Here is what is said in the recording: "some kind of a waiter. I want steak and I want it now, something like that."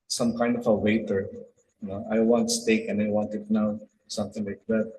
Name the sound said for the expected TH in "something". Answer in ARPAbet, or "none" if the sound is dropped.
T